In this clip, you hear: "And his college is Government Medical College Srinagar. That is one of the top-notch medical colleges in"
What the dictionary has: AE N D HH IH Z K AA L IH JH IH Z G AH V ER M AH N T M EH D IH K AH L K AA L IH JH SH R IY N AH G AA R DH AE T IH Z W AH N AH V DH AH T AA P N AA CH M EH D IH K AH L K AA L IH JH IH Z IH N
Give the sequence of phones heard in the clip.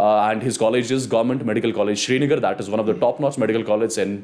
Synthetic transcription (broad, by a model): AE N D HH IH Z K AA L IH JH IH Z G AH V ER M AH N T M EH D IH K AH L K AA L IH JH SH R IY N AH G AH R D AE T IH Z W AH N AH V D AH T AA P N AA S M EH D IH K AH L K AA L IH JH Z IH N